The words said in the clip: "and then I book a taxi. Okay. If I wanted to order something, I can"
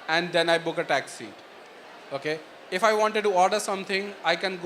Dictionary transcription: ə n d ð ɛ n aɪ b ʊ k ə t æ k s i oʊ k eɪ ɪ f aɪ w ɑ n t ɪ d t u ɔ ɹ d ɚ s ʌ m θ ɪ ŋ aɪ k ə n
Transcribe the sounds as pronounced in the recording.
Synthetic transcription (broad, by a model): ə n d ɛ n aɪ b ʊ k ə t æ k s i oʊ k eɪ ɪ f aɪ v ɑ n t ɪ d t u ɔ ɹ d ɚ s ʌ m t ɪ ŋ aɪ k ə n